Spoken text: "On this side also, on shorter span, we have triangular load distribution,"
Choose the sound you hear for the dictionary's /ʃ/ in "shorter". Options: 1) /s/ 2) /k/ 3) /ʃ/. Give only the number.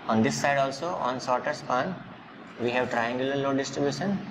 1